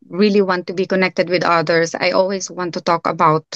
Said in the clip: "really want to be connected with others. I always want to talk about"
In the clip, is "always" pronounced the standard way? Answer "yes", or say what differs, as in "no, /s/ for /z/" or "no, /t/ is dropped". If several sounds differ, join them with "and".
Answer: no, /s/ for /z/